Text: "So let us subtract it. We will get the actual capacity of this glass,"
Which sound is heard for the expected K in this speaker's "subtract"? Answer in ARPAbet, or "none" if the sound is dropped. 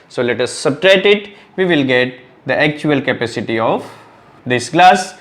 none